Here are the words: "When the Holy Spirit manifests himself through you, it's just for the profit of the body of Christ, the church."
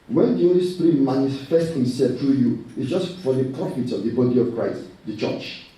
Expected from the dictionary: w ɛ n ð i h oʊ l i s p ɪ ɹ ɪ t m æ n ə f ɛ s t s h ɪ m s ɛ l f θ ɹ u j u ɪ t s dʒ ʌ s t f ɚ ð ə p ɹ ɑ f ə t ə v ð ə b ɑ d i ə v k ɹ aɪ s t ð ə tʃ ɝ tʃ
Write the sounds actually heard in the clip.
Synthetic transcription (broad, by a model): w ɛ n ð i h oʊ l i s p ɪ ɹ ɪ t m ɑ n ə f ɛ s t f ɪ s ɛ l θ ɹ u j u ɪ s dʒ ʌ s t f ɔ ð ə p ɹ ɑ f ə t ə v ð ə b ɑ d i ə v k ɹ aɪ s t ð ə tʃ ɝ tʃ